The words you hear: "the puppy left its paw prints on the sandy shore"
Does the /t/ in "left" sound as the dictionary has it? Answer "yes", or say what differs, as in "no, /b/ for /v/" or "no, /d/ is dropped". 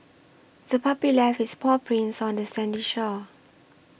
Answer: no, /t/ is dropped